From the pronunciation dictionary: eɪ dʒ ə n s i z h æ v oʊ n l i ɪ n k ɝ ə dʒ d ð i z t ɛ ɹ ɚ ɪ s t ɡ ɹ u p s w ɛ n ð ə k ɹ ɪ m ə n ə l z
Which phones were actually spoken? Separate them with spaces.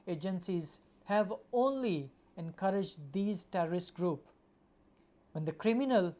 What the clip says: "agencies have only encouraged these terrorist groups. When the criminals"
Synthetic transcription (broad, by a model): eɪ dʒ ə n s i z h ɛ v oʊ n l i ɪ n k ɝ ə dʒ d i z t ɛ ɹ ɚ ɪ s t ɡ ɹ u p w ɛ n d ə k ɹ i m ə n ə l